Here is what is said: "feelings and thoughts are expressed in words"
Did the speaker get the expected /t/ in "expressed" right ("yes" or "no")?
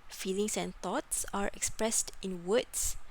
yes